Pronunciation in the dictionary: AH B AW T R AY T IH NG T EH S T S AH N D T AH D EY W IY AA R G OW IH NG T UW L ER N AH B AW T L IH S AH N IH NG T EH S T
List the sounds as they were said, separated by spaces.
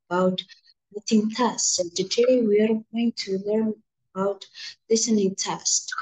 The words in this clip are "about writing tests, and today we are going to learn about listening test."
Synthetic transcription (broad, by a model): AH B AW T L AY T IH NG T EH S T AH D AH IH W IY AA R G OW IH NG T UW L ER N AH B AW T L IH S AH N IH NG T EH S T